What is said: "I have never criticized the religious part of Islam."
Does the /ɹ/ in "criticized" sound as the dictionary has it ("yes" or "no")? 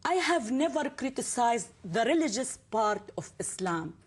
yes